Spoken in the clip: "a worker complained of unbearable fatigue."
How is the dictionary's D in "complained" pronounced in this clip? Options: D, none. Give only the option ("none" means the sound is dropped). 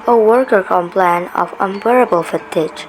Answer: none